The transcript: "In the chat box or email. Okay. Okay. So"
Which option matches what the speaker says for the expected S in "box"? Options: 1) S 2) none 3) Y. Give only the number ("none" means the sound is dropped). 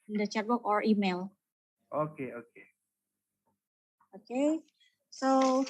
2